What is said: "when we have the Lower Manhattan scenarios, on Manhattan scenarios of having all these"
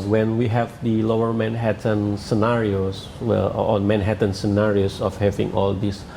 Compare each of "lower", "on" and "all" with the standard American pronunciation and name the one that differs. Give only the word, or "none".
on